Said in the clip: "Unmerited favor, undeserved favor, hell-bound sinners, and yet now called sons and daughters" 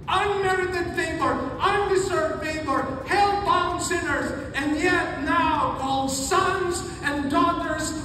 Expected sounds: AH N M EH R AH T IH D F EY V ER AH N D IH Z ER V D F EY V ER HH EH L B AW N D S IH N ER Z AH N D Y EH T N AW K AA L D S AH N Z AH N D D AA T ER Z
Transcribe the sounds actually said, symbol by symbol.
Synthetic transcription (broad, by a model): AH N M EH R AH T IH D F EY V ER AH N D IH Z ER V D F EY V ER HH EH L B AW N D S IH N ER Z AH N Y EH T N AW K AA L D S AH N Z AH N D D AA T ER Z